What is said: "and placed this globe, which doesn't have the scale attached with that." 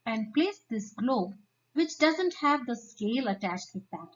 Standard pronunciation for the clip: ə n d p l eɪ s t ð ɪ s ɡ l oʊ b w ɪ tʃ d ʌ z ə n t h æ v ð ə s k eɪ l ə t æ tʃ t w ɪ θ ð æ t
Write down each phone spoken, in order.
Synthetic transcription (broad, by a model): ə n d p l eɪ s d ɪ s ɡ l oʊ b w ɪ tʃ d ʌ z ə n t h æ v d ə s k eɪ l ə t æ tʃ t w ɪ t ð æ t